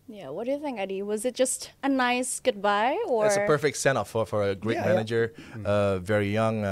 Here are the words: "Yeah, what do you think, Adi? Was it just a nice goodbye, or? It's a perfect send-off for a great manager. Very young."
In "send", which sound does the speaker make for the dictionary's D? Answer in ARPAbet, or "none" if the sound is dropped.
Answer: none